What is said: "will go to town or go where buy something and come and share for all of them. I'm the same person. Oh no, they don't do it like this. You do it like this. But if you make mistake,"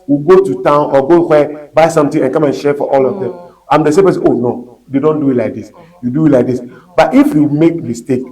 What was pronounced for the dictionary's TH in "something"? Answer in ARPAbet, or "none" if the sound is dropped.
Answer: T